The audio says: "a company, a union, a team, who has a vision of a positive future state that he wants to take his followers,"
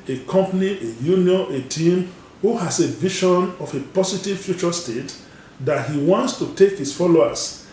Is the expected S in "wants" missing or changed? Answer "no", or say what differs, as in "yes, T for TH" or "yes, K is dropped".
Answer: no